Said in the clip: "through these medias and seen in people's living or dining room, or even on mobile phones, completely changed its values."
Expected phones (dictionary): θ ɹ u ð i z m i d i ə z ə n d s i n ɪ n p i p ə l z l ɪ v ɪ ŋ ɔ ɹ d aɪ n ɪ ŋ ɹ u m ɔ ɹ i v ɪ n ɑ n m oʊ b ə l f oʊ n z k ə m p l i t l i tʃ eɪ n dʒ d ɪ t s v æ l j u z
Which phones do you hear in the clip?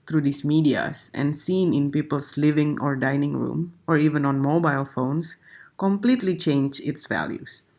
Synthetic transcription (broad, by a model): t ɹ u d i s m i d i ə s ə n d s i n ɪ n p i p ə l s l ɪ v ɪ ŋ ɔ ɹ d aɪ n ɪ ŋ ɹ u m ɔ ɹ i v ɪ n ɑ n m oʊ b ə l f oʊ n s k ə m p l i t l i tʃ eɪ n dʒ ɪ t s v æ l j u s